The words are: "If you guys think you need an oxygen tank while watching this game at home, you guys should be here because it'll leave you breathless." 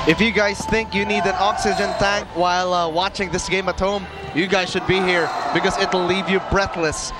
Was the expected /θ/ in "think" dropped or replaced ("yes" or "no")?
no